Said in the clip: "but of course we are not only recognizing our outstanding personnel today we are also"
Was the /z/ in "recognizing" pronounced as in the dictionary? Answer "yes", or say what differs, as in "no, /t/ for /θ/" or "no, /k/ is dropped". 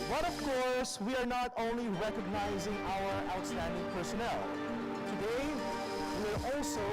yes